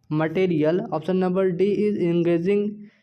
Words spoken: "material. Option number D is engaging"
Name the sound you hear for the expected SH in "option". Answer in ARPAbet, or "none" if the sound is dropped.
S